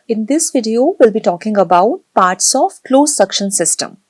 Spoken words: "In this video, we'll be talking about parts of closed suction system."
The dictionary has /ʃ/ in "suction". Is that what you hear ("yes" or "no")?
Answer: yes